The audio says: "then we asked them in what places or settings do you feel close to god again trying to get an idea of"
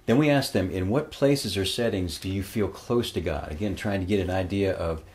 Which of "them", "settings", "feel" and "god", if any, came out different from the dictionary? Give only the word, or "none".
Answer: none